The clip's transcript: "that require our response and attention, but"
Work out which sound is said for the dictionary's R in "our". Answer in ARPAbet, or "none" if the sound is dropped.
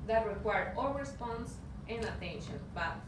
L